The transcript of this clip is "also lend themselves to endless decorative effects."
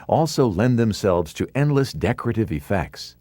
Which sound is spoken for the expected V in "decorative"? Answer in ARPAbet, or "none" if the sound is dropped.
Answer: V